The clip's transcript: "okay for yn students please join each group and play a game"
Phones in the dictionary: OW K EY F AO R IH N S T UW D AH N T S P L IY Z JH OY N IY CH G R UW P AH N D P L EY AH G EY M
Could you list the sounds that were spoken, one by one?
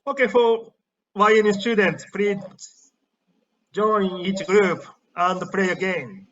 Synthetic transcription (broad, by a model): OW K EY F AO W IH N S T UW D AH N T S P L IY JH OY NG IY CH G R UW P AH N D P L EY AH G EY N